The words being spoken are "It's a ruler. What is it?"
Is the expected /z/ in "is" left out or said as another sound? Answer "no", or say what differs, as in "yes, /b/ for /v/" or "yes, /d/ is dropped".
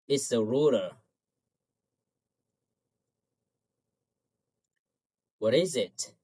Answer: no